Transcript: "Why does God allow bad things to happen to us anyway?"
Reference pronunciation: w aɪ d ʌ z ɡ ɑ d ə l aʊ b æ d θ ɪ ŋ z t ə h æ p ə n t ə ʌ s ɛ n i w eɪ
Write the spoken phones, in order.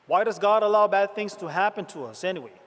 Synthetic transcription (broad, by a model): w aɪ d ʌ z ɡ ɑ d ə l aʊ b æ d θ ɪ ŋ z t ə h æ p ə n t ə ʌ s ɛ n i w eɪ